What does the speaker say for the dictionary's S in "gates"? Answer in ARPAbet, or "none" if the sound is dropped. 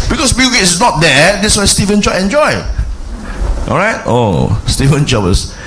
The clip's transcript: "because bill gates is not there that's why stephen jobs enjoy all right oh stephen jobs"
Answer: none